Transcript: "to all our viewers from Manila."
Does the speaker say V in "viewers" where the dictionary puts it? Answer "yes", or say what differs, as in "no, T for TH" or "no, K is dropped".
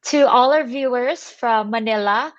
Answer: yes